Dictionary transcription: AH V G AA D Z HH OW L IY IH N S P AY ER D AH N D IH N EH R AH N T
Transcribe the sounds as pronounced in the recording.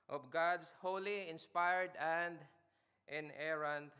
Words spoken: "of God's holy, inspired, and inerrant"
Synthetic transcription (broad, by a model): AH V G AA D S HH OW L IY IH N S P AY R D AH N D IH N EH R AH N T